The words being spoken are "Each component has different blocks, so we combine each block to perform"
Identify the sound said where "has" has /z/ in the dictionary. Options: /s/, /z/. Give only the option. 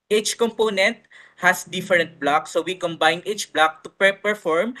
/s/